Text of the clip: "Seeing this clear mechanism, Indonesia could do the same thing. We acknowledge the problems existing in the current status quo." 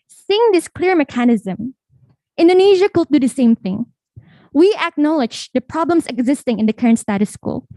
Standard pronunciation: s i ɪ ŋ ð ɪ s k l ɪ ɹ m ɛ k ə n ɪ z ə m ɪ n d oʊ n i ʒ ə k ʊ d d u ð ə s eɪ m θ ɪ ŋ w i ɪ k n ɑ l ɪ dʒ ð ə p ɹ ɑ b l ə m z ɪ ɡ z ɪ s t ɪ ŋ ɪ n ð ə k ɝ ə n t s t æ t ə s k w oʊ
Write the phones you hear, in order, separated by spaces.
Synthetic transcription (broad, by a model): s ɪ ŋ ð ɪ s k l ɪ ɹ m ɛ k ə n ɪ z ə m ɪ n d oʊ n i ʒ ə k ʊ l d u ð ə s eɪ m θ ɪ ŋ w i ɪ k n ɑ l ɪ dʒ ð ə p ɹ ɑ b l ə m s ɪ ɡ z ɪ s t ɪ ŋ ɪ n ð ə k ɝ ə n t s t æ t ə s k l